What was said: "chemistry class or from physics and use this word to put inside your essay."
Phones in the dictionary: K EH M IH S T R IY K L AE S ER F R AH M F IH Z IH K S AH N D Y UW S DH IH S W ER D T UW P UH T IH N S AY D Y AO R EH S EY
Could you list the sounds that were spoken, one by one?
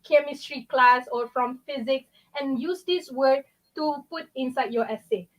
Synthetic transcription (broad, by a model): K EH M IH S T R IY K L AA S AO F R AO M F IH Z IH K S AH N Y UW S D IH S W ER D T UW P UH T IH N S AY D Y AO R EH S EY